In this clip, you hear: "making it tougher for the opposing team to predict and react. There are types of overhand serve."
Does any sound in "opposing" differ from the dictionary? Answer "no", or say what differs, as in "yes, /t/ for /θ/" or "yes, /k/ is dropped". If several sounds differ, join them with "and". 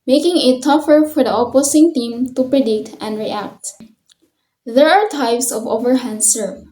yes, /s/ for /z/